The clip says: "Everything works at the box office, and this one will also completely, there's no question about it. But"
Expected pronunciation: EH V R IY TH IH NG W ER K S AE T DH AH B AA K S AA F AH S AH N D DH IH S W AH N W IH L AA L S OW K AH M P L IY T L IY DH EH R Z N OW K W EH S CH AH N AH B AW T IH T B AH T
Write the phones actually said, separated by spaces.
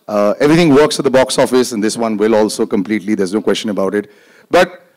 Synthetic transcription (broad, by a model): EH V R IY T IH NG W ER K S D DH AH B AA K S AA F AH S AH N D IH S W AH N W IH L AA L S OW K AH M P L IY T L IY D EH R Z N OW K W EH S CH AH N AH B AW T IH T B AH T